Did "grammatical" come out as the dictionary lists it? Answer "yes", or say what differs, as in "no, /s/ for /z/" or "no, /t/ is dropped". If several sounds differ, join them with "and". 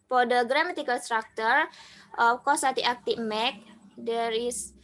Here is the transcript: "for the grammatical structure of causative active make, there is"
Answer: no, /n/ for /l/